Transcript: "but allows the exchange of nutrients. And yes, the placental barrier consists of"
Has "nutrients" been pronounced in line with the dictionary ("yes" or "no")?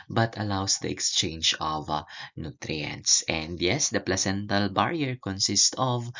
yes